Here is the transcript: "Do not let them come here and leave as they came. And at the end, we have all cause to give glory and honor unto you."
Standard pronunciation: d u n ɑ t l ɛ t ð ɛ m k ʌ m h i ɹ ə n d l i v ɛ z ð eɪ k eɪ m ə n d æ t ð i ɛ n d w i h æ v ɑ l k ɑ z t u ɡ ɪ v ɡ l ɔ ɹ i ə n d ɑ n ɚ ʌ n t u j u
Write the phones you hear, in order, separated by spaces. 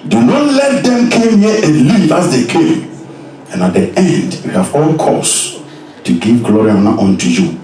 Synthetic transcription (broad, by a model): d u n ɑ t l ɛ t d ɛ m k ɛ m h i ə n l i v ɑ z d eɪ k eɪ m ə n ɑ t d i ɛ n d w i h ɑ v ɑ l k ɑ s t u ɡ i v ɡ l ɔ ɹ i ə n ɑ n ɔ n t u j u